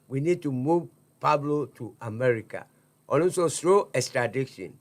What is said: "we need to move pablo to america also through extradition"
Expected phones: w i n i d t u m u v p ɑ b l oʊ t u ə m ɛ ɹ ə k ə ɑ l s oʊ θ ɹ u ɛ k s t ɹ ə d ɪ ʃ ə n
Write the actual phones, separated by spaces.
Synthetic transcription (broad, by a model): w i n i d t u m u v p ɑ b l oʊ t u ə m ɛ ɹ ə k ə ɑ n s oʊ s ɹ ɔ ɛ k s t ɹ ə d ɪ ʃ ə n